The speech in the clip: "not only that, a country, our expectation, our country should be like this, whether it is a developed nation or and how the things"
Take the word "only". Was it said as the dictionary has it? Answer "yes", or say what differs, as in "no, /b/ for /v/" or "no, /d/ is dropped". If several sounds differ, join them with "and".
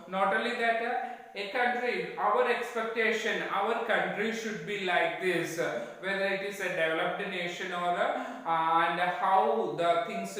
no, /n/ is dropped